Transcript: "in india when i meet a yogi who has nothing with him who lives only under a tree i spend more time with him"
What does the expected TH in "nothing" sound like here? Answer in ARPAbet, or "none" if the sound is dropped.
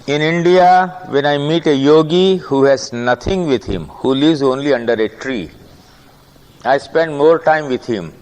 T